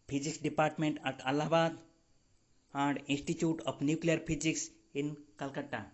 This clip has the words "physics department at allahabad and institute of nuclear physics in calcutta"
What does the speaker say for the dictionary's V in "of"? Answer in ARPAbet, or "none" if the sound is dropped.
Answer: P